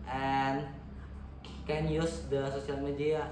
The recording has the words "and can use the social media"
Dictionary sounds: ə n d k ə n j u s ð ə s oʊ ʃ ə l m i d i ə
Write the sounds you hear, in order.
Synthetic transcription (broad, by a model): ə n k ə n j u s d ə s oʊ s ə l m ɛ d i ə